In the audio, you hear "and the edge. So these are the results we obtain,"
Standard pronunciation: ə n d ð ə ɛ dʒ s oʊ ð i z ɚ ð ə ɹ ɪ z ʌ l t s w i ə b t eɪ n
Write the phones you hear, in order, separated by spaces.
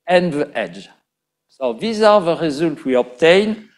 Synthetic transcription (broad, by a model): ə n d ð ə ɛ dʒ s oʊ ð i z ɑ ð ə ɹ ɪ z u l t w i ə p t eɪ n